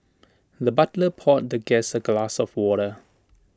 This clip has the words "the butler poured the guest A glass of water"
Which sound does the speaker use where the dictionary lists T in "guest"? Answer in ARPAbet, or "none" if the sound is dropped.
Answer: none